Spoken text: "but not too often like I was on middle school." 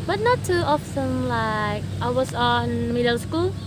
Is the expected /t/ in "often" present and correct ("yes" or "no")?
no